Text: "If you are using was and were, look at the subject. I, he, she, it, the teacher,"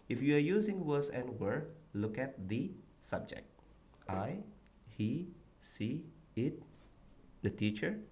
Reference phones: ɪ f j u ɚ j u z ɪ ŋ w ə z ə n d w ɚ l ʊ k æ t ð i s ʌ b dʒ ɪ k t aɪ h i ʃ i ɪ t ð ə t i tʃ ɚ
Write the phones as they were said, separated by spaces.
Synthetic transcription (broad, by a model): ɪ f j u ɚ j u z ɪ ŋ w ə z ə n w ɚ l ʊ k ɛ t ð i s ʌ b dʒ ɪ k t aɪ h i s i ɪ t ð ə t i tʃ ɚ